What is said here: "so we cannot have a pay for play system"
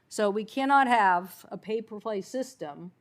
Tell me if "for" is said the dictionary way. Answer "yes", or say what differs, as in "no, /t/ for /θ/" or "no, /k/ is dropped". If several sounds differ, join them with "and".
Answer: no, /p/ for /f/